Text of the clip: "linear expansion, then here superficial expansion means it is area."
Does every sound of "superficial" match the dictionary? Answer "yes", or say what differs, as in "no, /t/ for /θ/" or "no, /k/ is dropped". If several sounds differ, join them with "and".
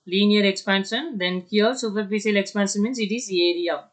no, /s/ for /ʃ/